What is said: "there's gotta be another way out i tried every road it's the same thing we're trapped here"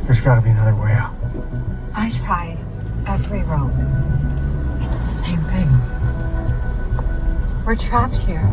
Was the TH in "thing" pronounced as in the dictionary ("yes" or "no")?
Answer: yes